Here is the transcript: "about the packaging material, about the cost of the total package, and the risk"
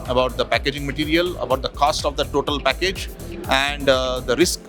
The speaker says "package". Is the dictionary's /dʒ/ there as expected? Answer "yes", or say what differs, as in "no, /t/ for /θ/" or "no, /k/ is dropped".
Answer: yes